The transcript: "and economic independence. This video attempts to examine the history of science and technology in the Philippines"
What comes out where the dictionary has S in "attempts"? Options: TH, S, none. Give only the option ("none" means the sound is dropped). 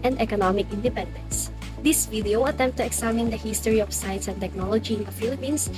none